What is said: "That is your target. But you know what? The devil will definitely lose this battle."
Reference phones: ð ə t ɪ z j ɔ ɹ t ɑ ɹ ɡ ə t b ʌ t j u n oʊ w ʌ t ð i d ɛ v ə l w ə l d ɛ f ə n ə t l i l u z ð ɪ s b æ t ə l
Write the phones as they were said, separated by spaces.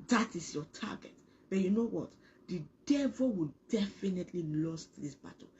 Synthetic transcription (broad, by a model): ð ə t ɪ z j ɔ t ɑ ɡ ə t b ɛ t j u n oʊ w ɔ t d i d ɛ v ə l w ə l d ɛ f ə n ə t l i l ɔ s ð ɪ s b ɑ t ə